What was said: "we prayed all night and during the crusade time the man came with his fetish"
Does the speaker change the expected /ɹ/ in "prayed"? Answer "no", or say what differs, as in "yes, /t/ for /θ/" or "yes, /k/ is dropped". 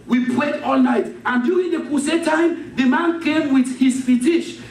yes, /w/ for /ɹ/